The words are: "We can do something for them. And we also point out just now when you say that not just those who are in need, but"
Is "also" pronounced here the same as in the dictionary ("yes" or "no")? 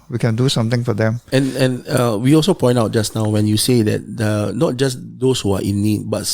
yes